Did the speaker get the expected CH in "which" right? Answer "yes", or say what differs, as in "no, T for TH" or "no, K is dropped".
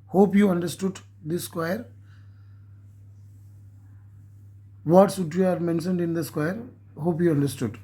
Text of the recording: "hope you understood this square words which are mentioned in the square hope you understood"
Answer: no, CH is dropped